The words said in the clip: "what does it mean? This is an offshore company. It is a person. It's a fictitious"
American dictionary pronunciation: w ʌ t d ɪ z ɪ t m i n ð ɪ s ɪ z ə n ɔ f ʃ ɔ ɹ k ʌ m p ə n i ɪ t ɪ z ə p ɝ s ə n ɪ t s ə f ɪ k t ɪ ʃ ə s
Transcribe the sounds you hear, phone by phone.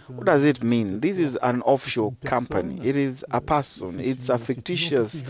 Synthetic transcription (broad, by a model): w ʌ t d ɪ z ɪ t m i n ð ɪ s ɪ z ə n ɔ f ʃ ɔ k ʌ m p ə n i ɪ t ɪ z ə p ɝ s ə n ɪ t s ə f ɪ k t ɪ ʃ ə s